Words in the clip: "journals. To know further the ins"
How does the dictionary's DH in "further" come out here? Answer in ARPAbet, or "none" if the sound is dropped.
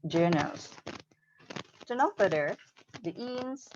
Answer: none